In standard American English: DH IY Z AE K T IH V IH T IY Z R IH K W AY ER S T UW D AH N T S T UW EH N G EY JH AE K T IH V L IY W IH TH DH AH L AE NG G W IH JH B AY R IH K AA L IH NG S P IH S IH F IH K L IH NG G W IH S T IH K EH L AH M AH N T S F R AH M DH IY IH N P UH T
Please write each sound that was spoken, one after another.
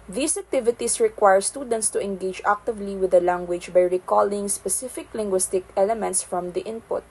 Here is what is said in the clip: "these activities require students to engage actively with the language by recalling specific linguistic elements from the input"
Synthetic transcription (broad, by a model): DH IY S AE K T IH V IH T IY S R IH K W AY ER S T UW D AH N T S T UW EH N G EY JH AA K T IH V L IY W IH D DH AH L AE NG G W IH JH B AY R IH K AA L IH NG S P IH S IH F IH K L IH NG G W IH S T IH K EH L AH M AH N T S F R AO M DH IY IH N P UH T